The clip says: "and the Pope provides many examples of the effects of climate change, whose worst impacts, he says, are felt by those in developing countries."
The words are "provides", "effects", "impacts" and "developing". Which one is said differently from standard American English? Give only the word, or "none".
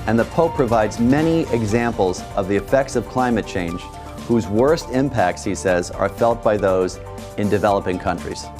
none